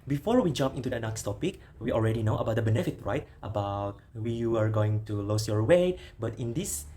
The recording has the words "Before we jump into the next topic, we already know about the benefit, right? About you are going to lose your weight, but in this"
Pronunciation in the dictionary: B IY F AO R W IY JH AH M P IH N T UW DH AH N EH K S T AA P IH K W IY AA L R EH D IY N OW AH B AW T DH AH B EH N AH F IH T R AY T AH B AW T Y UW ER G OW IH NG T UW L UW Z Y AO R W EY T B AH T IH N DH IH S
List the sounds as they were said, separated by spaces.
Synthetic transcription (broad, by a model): B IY F AO R W IY JH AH M P IH N T UW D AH N EH K S T AA P IH K W IY AA L R EH D IY N OW AH B AW T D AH B EH N AH F IH T R AY T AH B AW T Y UW ER G OW IH NG T UW L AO S Y AO R W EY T B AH T IH N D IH S